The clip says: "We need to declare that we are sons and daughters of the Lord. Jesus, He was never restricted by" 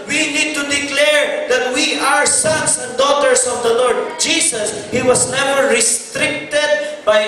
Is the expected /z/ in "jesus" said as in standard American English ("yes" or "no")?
no